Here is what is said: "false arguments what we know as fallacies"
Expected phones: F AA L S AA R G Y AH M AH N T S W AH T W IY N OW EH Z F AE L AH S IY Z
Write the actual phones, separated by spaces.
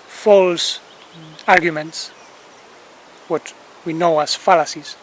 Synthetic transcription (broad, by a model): F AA L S AA R G Y AH M AH N T S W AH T W IY N OW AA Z F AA L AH S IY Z